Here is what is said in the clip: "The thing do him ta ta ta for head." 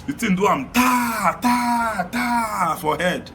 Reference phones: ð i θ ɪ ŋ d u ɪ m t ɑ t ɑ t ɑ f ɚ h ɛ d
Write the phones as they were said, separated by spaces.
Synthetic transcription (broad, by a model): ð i t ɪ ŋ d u ɪ m t ɑ t ɑ t ɑ f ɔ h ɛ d